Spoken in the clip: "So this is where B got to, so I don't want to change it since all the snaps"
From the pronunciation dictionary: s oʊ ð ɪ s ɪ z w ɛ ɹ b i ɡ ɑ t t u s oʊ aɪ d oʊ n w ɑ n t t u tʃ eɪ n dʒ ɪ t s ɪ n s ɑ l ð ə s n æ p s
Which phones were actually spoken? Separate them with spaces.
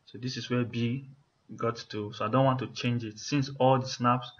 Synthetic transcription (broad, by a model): s oʊ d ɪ s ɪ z w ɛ b i ɡ ɑ t t u s oʊ aɪ d oʊ n w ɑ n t t u tʃ eɪ n dʒ ɪ t s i n s ɑ l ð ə s n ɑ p s